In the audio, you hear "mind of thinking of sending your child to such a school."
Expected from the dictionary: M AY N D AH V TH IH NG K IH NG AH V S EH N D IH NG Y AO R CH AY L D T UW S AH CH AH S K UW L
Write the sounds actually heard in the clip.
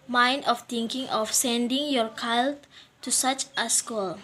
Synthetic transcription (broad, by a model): M AY N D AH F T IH NG K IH NG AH F S EH N D IH NG Y AO R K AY L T T UW S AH CH AH S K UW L